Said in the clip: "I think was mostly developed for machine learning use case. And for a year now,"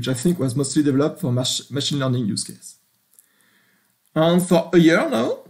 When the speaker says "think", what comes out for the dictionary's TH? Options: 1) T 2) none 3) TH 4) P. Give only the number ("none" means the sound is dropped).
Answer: 3